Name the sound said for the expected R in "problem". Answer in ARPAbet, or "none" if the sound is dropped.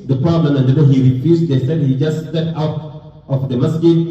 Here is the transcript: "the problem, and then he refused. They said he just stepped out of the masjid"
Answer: none